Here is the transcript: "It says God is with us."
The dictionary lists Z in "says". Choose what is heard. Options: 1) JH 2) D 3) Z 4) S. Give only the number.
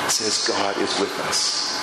3